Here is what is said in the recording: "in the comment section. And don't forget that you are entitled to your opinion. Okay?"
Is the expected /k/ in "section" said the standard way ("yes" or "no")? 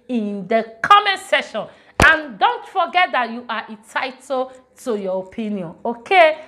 no